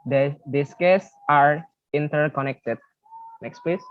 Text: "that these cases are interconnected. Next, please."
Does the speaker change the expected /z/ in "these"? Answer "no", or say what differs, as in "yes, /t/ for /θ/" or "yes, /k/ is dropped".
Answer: yes, /s/ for /z/